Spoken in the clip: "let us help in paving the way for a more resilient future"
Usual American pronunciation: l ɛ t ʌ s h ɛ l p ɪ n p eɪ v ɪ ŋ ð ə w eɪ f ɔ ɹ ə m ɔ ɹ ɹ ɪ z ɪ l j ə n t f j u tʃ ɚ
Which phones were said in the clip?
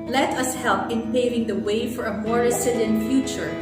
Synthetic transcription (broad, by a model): l ɛ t ʌ s h ɛ l p ɪ n p eɪ v ɪ ŋ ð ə w eɪ f ɔ ɹ ə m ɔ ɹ ɹ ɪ s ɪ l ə n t f j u tʃ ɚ